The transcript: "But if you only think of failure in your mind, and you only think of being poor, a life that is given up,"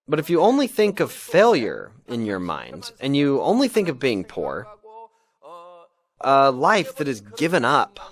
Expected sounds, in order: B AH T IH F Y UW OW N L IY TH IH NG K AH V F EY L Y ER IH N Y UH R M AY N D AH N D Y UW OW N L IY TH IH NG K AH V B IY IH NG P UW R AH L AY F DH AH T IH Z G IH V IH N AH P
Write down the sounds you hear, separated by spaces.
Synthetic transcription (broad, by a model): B AH T IH F Y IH OW N L IY TH IH NG K AH V F EY L Y ER IH N Y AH R M AY N D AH N Y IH OW N L IY TH IH NG K AH V B IY IH NG P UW R AH L AY F DH AH T IH Z G IH V IH N AH P